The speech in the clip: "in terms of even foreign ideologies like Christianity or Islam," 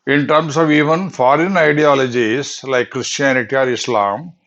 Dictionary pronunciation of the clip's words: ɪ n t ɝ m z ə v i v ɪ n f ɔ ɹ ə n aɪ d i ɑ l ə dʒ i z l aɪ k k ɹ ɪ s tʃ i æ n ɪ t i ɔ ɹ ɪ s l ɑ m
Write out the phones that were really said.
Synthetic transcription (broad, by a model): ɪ n t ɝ m s ə v i v ɪ n f ɔ ɹ ə n aɪ d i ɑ l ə dʒ i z l aɪ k k ɹ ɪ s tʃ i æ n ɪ t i ɔ ɹ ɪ s l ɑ m